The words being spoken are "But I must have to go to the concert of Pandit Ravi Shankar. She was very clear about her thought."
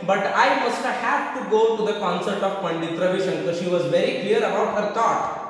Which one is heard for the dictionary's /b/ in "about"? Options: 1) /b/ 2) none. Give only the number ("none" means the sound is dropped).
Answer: 1